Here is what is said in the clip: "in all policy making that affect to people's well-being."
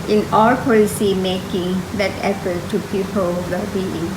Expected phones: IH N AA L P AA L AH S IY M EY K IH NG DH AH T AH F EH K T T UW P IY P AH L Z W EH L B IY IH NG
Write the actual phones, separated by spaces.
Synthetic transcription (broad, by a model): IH N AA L P AA L AH S IY M EY K IH NG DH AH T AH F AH T T UW P IY P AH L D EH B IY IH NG